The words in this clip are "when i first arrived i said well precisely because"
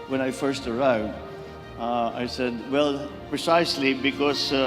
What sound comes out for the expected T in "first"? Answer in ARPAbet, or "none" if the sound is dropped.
T